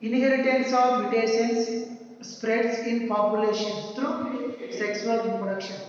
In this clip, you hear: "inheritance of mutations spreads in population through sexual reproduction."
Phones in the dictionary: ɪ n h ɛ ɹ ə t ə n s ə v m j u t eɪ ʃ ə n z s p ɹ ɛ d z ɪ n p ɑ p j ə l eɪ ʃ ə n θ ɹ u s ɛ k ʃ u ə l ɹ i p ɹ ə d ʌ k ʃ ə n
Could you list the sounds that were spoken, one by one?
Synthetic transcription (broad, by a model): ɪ n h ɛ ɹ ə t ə n s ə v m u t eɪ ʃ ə n s p ɹ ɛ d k ɪ n p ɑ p j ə l eɪ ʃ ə n t ɹ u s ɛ k s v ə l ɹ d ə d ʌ k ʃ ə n